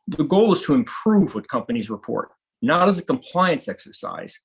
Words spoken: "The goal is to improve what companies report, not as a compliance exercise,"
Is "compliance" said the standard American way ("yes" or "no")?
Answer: yes